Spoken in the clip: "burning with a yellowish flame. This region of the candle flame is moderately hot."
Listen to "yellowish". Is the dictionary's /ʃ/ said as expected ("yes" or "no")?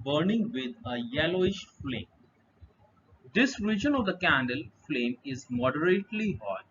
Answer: yes